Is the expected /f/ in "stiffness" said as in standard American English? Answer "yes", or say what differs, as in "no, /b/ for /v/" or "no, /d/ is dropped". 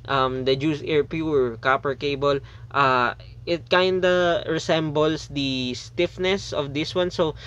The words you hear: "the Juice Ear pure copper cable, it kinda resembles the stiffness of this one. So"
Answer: yes